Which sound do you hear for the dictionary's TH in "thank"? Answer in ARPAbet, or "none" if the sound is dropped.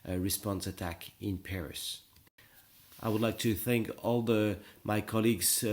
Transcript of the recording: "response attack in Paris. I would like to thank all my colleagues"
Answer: TH